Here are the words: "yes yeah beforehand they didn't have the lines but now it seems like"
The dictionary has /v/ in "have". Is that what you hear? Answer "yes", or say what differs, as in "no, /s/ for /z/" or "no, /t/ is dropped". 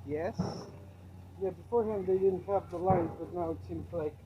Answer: no, /p/ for /v/